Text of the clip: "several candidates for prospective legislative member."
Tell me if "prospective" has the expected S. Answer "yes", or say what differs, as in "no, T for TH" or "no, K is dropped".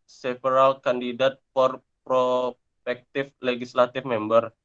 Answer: no, S is dropped